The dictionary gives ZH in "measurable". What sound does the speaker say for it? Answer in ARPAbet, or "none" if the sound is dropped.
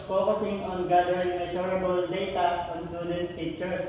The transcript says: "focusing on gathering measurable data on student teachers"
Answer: SH